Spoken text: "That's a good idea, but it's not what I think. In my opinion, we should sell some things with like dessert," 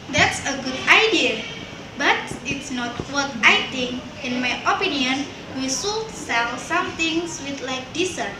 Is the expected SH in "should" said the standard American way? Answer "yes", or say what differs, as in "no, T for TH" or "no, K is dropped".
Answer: no, S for SH